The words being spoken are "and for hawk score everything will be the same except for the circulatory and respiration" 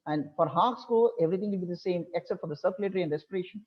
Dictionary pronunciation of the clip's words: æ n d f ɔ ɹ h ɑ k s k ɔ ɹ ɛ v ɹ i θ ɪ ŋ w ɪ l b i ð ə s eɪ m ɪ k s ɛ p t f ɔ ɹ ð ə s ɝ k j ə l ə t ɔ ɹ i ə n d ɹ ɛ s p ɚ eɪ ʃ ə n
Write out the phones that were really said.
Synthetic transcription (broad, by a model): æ n d f ɔ ɹ h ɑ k s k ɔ l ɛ v ɹ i t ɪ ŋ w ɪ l b i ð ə s eɪ m ɪ k s ɛ p t f ɔ ɹ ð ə s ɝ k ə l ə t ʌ ɹ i ə n d ɹ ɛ s p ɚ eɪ ʃ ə n